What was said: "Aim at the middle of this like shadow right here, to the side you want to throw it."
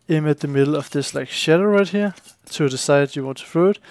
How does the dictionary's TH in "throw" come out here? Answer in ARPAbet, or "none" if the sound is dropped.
F